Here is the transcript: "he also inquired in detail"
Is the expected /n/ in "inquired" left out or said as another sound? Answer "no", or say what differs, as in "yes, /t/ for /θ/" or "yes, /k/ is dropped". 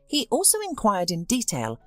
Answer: no